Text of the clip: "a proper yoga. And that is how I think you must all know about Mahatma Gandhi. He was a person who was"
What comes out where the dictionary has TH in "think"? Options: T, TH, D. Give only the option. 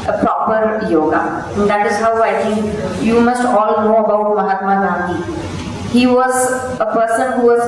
T